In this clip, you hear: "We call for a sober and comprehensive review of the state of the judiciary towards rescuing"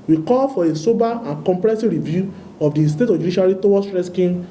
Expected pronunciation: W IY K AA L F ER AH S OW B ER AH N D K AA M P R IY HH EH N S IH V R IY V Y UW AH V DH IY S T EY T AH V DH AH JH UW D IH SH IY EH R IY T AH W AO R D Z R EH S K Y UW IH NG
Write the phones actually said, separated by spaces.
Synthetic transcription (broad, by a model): W IY K AA L F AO AH S OW B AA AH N K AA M P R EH S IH R IY V Y UW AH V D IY S T EY T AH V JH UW D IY SH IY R IY T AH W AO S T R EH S K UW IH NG